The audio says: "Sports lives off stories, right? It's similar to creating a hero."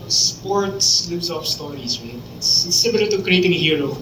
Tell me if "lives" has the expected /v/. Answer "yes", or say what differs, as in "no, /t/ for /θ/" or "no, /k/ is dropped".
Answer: no, /v/ is dropped